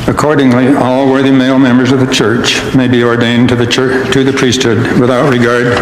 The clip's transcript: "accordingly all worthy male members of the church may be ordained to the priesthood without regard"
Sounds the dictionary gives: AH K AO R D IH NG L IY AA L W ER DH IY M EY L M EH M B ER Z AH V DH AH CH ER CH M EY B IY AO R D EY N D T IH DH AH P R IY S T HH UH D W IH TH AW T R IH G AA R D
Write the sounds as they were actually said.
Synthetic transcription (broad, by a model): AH K AO R D IH NG L IY AA L W ER DH IY M EY L M EH M B ER Z AH V DH AH CH ER CH M EY B IY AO R D EY N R T IH DH AH P R IY S T HH UH D W IH TH AW T R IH G AA R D